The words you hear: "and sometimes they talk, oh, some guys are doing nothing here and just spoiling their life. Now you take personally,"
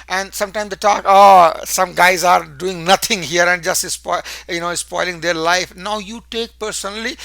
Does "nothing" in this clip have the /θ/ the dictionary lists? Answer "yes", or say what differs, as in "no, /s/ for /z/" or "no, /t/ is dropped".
no, /t/ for /θ/